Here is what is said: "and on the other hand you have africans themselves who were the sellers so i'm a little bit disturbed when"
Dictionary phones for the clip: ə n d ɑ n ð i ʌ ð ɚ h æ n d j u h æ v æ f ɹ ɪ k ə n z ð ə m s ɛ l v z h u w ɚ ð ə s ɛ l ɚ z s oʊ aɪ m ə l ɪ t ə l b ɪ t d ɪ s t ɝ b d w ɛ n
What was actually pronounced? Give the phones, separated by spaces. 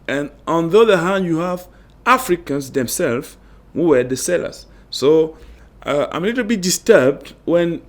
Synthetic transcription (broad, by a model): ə n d ɑ n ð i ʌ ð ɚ h æ n d j u h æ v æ f ɹ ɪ k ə n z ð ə m s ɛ l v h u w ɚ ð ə s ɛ l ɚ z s oʊ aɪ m ə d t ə b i d ɪ s t ɝ b d w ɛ n